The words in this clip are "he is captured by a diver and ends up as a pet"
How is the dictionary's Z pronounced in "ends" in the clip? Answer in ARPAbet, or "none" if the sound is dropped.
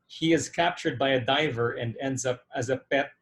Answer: Z